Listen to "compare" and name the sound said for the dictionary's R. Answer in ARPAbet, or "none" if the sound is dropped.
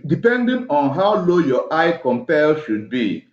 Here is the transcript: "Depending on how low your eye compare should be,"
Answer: L